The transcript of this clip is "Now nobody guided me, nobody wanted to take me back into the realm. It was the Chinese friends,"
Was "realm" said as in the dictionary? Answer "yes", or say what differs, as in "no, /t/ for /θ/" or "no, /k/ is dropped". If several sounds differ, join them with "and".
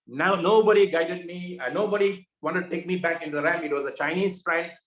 no, /l/ is dropped